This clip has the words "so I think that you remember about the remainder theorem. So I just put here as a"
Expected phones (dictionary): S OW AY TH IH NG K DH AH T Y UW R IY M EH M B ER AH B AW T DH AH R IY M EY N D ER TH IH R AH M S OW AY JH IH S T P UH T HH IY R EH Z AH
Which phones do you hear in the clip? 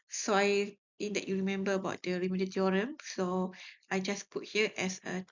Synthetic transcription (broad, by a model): S OW AY T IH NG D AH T Y UW R IY M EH M B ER AH B AW T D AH R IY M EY D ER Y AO R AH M S OW AY JH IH S P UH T HH IY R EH S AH